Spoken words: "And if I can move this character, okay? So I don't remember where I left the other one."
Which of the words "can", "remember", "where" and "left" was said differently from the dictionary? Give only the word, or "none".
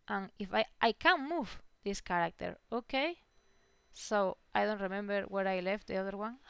none